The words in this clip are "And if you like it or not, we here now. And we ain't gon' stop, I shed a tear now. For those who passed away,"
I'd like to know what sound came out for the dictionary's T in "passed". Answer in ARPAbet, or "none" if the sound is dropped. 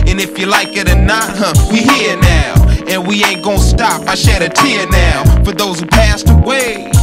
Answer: T